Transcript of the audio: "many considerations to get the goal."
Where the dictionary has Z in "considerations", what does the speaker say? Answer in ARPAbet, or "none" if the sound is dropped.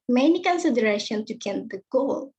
none